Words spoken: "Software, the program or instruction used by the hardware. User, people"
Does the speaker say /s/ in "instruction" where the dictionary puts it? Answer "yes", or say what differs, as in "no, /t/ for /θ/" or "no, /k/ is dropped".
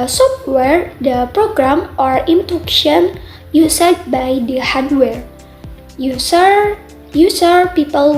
no, /s/ is dropped